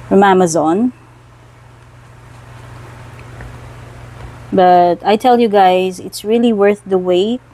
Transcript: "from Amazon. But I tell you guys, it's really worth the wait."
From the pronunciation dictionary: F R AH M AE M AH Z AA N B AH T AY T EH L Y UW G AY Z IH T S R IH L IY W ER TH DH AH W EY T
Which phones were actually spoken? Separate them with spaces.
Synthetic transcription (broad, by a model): F R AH M AE M AH Z AA N B AH T AY T EH L Y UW G AY Z IH T S R IH L IY W ER TH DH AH W EY